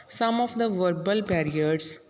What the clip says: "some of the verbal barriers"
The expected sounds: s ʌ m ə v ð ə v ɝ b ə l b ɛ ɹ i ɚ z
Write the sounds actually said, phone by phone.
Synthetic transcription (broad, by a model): s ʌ m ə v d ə v ɝ b ə l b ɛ ɹ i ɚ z